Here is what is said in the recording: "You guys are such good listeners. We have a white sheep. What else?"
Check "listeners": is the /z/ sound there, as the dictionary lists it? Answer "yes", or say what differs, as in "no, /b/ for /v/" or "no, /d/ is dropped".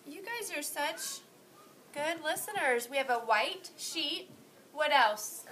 yes